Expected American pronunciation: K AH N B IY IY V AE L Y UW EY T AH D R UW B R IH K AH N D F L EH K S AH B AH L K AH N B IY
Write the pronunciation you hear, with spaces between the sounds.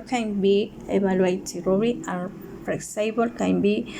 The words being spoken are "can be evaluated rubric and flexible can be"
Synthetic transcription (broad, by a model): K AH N B IY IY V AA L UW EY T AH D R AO R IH AH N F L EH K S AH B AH L K AH N B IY